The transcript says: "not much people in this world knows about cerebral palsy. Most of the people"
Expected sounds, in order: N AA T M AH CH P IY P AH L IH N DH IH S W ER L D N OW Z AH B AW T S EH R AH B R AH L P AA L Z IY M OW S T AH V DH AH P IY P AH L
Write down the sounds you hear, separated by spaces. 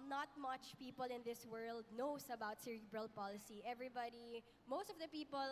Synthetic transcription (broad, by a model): N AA T M AH CH P IY P AH L IH N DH IH S W ER L D N OW S AH B AW T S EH R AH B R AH L P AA L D IY M OW S T AH V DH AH P IY P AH L